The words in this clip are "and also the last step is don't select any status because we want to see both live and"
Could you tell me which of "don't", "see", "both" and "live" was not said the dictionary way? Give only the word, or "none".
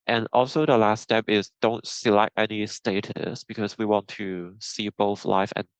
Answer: live